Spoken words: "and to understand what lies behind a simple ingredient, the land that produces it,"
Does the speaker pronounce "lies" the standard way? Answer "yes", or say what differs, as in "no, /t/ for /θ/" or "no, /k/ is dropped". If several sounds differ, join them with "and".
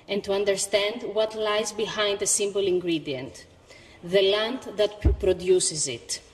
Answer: yes